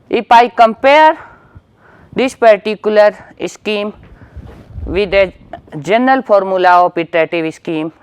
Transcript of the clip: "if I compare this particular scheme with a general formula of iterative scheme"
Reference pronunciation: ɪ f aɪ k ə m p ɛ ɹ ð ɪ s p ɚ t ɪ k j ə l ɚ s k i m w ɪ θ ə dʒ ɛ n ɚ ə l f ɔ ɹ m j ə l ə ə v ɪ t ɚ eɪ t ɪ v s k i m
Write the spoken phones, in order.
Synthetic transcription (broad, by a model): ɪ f aɪ k ə m p ɛ ɹ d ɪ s p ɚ t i k j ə l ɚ s k i m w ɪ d ə dʒ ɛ n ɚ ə l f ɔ ɹ m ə l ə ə p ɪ t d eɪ t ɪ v s k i m